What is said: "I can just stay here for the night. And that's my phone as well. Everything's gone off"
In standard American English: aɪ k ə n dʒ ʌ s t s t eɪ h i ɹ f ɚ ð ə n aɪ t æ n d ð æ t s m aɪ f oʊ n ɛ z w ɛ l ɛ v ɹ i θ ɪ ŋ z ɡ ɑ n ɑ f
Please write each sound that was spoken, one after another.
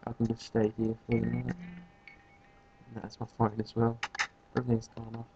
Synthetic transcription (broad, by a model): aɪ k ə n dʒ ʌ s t s t eɪ h i ɹ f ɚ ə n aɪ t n ð æ t s m aɪ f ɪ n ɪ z w ɛ l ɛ ɹ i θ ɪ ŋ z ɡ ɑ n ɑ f